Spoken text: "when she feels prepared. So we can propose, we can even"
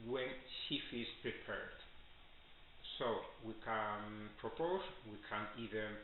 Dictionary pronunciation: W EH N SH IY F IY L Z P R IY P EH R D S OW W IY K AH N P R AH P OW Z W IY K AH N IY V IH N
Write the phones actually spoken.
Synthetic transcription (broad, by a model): W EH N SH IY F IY Z P R IY P EH R D S OW W IY K AH N P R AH P OW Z W IY K AH N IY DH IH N